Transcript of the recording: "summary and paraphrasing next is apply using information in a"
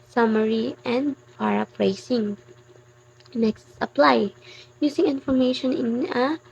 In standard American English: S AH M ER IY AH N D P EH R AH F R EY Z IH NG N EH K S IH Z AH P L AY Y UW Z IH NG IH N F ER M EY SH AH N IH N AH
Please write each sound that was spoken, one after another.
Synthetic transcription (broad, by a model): S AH M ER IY AH N D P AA R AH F R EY S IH NG N EH K S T AH P L AY Y UW S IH NG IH N F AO M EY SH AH N IH N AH